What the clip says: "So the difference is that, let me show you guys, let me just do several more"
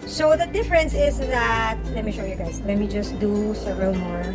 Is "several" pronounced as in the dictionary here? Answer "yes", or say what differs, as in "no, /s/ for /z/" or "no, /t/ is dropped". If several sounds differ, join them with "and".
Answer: yes